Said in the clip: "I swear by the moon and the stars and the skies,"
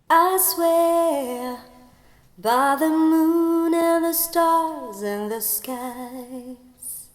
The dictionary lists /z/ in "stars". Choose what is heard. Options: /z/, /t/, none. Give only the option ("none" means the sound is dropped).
/z/